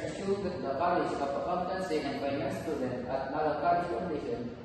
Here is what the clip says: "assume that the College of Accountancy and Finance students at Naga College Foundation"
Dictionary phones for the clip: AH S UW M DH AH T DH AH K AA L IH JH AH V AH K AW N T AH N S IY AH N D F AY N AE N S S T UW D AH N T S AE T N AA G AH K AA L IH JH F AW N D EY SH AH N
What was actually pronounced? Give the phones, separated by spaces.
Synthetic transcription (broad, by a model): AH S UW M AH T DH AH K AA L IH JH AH P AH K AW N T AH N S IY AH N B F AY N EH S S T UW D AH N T AE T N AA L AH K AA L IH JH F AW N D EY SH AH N